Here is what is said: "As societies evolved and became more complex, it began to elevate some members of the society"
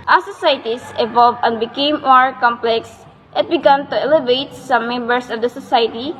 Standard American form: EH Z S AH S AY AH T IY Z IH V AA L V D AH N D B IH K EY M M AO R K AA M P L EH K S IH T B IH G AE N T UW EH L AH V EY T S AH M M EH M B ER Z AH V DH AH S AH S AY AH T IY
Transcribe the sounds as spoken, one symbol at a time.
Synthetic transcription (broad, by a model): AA S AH S AY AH T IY S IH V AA L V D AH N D B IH K EY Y M AO R K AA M P L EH K S IH T B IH G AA N T UW EH L AH V EY T S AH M M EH M B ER S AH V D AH S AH S AY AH T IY